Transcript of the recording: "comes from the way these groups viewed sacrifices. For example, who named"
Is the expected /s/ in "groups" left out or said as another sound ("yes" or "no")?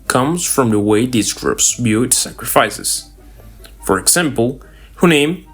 no